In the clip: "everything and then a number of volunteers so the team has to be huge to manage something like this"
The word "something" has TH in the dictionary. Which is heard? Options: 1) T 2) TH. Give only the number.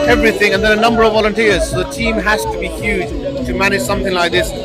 2